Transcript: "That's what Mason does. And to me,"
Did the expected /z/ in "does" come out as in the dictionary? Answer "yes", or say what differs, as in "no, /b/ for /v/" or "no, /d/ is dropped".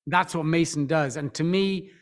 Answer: yes